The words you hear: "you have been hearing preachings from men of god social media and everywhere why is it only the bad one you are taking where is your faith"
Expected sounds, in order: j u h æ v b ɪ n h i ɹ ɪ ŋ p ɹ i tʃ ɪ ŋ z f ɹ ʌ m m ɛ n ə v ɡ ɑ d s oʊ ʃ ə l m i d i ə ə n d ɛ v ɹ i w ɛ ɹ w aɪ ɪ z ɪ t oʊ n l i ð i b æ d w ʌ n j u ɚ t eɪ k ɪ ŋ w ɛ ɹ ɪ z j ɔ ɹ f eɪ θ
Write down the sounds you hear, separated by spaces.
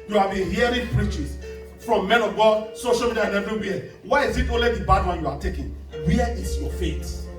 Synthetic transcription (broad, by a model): j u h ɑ v b ɪ n h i ɹ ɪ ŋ p ɹ i tʃ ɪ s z f ɹ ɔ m m ɛ n ə v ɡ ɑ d s oʊ ʃ ə l m i d i ə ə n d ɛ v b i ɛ w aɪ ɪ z ɪ t oʊ n l i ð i b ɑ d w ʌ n j u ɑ t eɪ k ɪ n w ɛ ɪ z j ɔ f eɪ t